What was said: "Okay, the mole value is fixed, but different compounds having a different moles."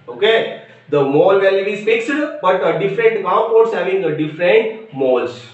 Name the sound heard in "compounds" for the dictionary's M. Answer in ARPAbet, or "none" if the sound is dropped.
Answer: none